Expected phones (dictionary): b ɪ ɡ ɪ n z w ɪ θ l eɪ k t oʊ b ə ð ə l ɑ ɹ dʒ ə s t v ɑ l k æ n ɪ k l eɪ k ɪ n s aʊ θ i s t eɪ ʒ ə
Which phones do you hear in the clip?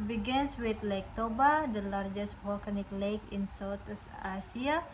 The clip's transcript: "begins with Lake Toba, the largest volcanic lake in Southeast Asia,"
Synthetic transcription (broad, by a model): b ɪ ɡ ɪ n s w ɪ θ l eɪ k t oʊ b ə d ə l ɑ ɹ dʒ ə s t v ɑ l k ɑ n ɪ k l eɪ k ɪ n s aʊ s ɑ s i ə